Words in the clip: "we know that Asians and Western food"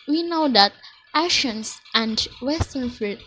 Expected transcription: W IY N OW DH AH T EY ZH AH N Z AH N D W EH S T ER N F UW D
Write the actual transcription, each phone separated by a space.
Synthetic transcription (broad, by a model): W IY N OW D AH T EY SH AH N S AH N D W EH S T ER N F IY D